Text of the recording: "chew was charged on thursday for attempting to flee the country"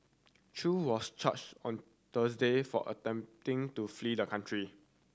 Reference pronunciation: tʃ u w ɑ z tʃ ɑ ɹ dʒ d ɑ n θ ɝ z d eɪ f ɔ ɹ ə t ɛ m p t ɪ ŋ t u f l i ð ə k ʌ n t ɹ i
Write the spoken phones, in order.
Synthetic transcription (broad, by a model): tʃ u w ɑ s tʃ ɑ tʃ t ɑ n t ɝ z d eɪ f ɔ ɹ ə t ɛ m p t ɪ ŋ t u f l i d ə k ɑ n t ɹ i